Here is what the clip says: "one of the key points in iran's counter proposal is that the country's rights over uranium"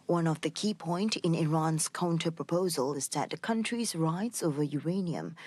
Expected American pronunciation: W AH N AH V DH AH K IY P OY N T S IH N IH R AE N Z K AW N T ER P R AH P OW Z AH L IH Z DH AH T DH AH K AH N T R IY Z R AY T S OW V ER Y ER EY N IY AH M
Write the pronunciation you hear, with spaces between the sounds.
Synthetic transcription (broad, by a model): W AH N AH V DH AH K IY P OY N T IH N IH R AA N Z K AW N T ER P R AH P OW Z AH L IH Z DH AH T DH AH K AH N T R IY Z R AY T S OW V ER Y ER EY N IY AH M